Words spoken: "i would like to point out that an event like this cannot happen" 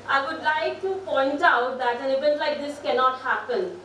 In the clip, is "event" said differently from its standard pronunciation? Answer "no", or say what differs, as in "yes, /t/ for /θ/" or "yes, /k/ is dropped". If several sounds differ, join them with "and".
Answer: yes, /b/ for /v/